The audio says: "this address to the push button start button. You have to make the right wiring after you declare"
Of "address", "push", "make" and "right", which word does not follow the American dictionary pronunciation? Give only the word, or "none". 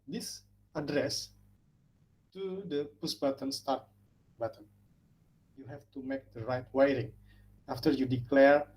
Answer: push